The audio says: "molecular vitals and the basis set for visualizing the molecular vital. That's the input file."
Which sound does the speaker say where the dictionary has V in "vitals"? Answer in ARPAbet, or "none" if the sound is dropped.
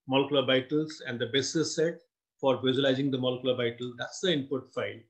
B